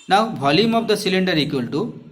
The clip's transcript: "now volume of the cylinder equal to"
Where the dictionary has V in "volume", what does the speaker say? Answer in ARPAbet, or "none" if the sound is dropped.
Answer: B